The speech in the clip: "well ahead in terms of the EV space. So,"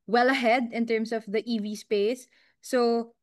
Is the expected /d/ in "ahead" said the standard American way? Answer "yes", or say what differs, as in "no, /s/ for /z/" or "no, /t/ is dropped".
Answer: yes